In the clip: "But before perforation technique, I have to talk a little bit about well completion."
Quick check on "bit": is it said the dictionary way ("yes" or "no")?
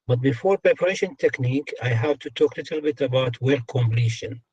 yes